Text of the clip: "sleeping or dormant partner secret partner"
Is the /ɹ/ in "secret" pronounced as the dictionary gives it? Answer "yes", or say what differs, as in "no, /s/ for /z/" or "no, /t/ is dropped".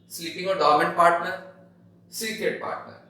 no, /ɹ/ is dropped